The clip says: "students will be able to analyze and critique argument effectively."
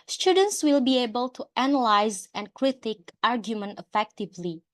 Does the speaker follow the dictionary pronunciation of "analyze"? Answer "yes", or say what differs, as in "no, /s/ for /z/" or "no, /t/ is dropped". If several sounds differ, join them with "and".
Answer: yes